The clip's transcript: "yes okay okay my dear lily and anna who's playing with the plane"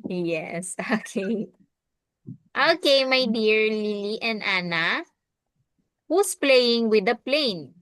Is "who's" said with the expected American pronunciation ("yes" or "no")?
no